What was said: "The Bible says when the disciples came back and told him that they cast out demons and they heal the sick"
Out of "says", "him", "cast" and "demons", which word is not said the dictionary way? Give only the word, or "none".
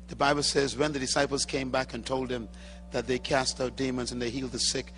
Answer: none